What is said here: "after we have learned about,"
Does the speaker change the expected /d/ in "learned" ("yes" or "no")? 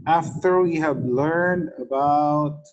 no